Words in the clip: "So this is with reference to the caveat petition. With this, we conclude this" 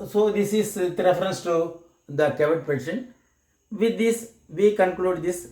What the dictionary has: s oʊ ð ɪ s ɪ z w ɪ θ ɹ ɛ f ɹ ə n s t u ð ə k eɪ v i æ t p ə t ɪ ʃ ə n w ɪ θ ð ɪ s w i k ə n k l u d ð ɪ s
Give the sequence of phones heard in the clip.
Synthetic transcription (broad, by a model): s oʊ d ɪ s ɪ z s ɹ ɛ f ɹ ə n s t u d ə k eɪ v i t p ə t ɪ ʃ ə n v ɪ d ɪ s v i k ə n k l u d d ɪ s